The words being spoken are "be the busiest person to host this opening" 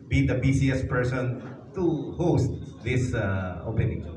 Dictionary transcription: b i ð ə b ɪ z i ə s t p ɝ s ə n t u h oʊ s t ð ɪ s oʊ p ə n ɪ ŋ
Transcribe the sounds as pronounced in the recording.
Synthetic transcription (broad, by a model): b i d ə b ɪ s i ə s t p ɝ s ə n t u h oʊ s t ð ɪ s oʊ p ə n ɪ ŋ